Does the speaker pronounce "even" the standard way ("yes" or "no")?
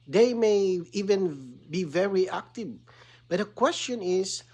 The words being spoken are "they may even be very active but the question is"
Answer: yes